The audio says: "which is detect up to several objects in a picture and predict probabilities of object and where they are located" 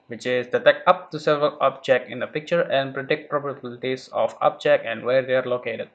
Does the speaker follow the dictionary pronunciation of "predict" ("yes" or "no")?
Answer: yes